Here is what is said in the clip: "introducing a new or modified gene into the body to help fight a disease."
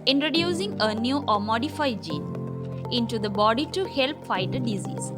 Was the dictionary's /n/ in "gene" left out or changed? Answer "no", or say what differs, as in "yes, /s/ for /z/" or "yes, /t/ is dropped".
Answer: no